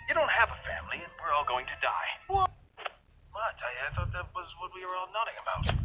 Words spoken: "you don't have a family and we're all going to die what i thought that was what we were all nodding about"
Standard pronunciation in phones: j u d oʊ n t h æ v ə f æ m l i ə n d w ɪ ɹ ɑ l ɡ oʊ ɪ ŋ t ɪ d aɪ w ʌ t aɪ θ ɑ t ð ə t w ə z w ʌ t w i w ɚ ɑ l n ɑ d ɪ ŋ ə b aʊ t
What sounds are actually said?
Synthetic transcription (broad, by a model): j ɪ d oʊ n t h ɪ v ə f æ m l i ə n w ɪ ɹ ɑ l ɡ oʊ ɪ ŋ t ɪ d aɪ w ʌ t aɪ θ ɑ t ð ə t w ə z w ʌ t w i w ɚ ɑ l n ɑ d ɪ ŋ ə b aʊ t